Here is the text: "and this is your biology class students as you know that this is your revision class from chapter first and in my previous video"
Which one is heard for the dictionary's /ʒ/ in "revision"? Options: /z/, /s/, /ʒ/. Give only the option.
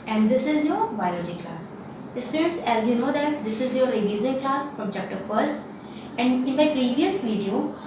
/z/